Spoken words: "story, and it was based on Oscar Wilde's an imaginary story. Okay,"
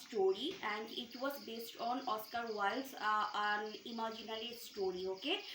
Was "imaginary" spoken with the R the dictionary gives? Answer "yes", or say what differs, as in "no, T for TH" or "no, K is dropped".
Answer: no, L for R